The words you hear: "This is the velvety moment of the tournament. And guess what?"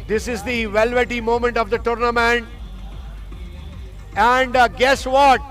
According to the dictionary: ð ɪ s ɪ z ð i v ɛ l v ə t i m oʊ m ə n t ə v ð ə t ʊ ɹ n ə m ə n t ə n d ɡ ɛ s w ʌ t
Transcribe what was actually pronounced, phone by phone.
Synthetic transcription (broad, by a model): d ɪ s ɪ z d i v ɛ l v ə t i m oʊ m ə n t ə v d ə t ʊ ɹ n ə m ə n t ə n d ɡ ɛ s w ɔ t